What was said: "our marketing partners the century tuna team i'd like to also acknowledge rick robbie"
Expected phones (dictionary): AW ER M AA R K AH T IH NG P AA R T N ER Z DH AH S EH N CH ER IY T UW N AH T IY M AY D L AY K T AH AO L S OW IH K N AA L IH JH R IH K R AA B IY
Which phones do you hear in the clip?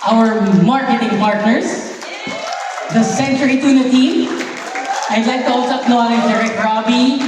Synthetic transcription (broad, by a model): AW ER M AA R K AH T IH NG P AA R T N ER S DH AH S EH N CH ER IY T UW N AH T IY M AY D L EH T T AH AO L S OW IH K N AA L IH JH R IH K R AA B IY